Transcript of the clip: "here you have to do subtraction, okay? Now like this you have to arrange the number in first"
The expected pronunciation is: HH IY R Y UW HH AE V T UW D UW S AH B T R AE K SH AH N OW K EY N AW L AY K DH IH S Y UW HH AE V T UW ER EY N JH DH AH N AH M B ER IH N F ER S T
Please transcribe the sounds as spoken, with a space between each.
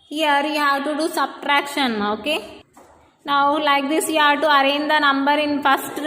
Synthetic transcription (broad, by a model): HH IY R Y UW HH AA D T UW D UW S AH B T R AE K SH AH N OW K EY N AW L AY K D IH S Y UW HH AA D T UW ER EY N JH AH N AH M B ER IH N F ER S T